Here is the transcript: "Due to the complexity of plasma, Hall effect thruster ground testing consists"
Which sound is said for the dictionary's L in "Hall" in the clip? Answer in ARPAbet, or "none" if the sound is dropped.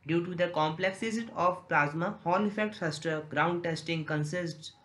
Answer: N